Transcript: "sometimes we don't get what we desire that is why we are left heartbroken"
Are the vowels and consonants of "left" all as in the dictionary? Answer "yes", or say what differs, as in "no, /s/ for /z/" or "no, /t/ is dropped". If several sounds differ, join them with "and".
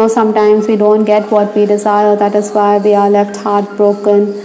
yes